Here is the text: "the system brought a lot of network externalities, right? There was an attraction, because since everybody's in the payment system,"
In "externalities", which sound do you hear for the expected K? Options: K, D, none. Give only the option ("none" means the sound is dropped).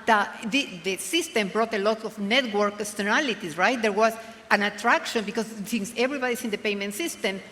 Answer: none